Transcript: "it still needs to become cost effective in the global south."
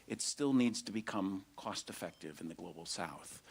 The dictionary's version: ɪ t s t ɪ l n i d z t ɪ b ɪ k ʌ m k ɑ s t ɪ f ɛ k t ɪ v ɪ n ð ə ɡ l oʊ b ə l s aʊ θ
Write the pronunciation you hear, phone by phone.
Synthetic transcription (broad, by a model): ɪ t s t ɪ l n i d z t ɪ b ɪ k ʌ m k ɑ s t ɪ f ɛ k t ɪ v ɪ n ð ə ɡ l oʊ b l s aʊ θ